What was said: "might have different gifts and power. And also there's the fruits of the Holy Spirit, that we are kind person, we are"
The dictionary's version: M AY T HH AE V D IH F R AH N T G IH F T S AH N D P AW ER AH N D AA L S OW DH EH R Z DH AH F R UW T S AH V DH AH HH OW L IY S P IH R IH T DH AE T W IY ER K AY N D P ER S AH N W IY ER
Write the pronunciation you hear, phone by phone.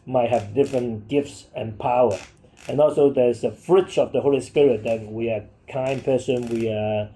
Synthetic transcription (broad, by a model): M AY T HH AE V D IH F R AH N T G IH F T S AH N P AW ER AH N AA L S OW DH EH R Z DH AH F R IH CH AH V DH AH HH OW L IY S P IH R IH T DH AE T W IY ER K AY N P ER S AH N W IY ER